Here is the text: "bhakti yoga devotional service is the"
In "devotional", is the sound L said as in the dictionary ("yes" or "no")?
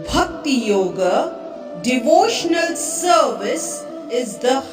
yes